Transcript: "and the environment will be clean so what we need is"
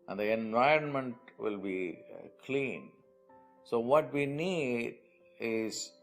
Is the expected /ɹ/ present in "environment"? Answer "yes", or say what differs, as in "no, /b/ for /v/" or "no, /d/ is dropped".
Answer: yes